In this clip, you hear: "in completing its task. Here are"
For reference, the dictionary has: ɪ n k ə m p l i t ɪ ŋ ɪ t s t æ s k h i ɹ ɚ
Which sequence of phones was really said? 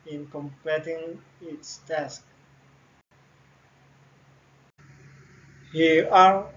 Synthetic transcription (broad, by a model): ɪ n k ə m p ɛ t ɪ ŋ ɪ t s t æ s k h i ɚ